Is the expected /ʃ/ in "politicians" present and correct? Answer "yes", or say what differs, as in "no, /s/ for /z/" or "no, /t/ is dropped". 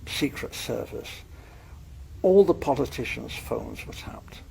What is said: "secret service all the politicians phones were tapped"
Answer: yes